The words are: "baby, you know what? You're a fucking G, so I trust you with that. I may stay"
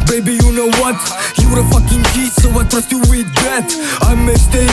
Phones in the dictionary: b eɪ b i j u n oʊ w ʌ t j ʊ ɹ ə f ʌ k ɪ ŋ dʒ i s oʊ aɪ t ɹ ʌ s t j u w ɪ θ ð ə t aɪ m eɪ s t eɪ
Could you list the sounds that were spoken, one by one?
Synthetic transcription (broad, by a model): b eɪ b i j u n oʊ w ʌ t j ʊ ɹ ə f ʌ k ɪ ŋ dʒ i s oʊ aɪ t ʌ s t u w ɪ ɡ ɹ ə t aɪ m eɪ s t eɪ